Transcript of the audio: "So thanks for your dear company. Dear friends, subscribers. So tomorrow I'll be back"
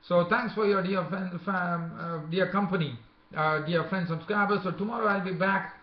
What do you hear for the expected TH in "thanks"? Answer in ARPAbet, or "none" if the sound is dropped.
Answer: T